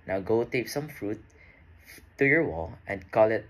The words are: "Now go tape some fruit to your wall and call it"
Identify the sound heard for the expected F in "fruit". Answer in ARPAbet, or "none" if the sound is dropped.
F